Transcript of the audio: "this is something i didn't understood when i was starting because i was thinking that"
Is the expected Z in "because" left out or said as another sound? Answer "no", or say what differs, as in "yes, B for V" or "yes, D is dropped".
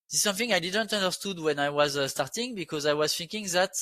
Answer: no